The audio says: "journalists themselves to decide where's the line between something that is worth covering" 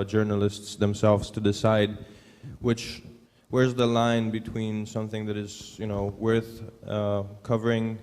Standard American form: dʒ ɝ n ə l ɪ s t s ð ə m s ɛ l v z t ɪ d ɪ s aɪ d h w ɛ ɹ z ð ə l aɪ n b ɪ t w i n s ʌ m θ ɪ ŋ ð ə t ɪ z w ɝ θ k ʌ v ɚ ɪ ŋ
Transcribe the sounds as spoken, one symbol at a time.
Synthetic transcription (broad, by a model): dʒ ɝ n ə l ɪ s t s ð ə m s ɛ l v z t ɪ d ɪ s aɪ d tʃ w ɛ ɹ z ð ə l aɪ n b ɪ t w i n s ʌ m θ ɪ ŋ ð ə t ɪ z w ɝ θ k ʌ v ɚ ɪ ŋ